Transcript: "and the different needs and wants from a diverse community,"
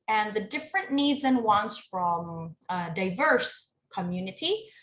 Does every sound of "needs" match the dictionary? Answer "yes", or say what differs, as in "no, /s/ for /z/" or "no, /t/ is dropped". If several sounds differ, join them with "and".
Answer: yes